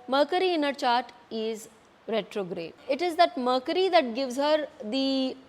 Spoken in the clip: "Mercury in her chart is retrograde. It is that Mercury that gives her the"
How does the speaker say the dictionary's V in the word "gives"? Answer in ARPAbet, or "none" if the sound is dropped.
V